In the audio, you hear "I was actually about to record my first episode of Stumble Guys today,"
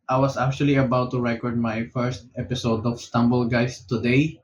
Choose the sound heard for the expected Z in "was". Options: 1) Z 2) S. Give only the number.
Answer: 2